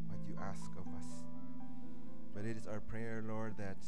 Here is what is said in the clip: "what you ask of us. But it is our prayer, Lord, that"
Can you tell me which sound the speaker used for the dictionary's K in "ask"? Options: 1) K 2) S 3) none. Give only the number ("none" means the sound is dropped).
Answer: 1